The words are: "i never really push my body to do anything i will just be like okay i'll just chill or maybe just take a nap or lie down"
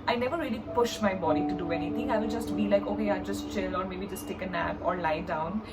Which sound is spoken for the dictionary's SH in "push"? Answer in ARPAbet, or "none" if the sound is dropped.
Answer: SH